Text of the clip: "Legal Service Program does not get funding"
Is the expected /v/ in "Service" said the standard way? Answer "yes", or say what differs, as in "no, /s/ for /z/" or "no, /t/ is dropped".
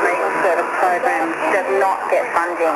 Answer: no, /v/ is dropped